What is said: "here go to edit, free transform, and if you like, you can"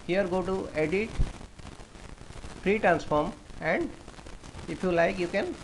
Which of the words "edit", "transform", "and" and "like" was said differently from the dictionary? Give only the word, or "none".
none